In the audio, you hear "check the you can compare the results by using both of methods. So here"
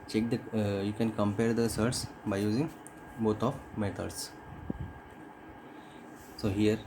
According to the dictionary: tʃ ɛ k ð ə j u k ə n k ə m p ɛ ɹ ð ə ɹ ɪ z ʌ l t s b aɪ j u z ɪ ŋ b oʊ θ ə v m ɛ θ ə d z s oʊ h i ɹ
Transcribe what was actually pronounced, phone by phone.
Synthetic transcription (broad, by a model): tʃ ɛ k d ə j u k ə n k ə m p ɛ ɹ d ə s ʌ t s b aɪ j u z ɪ ŋ b oʊ t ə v m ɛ t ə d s s oʊ h i ɹ